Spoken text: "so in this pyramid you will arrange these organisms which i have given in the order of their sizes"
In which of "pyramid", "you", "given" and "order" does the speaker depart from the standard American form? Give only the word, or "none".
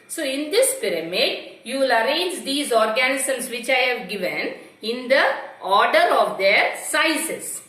none